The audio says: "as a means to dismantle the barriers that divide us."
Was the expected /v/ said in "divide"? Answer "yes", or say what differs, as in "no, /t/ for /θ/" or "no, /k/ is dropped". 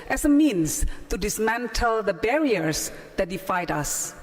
no, /f/ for /v/